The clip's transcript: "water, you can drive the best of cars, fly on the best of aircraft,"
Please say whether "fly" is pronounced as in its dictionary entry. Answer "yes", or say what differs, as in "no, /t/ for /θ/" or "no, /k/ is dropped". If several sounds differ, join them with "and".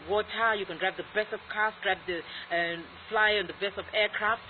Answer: yes